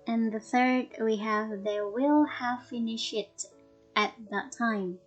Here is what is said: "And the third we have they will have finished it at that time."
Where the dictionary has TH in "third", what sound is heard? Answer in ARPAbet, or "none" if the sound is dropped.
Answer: TH